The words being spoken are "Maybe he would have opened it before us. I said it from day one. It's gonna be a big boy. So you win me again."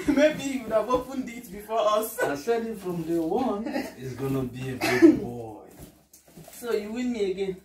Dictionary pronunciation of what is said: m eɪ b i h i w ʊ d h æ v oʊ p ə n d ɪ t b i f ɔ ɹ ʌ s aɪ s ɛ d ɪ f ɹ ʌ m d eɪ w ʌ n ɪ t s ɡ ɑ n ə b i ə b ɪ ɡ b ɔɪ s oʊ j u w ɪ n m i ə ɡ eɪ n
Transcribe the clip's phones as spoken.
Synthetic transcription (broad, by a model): m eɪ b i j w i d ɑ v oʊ f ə n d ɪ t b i f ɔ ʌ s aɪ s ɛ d ɪ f ɹ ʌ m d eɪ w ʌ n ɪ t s ɡ ɑ n ə b i ə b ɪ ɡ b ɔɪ s oʊ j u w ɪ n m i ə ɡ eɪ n